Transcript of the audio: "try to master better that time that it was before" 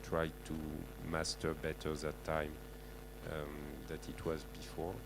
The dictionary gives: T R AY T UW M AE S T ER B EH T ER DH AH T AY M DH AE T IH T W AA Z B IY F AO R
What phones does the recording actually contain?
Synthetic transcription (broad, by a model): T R AY T UW M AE S T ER B EH T ER DH AH T AY M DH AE T IH T W AA Z B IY F AO R